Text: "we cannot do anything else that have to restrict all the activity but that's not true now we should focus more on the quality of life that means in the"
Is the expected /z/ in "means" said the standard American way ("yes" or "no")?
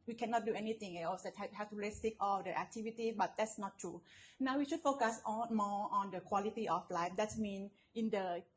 no